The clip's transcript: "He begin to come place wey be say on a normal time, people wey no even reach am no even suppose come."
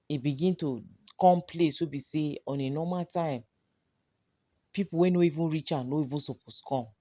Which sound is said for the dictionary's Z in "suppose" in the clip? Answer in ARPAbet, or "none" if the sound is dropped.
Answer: S